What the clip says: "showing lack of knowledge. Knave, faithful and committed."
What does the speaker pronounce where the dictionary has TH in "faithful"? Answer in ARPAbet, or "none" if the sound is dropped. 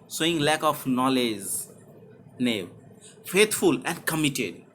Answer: T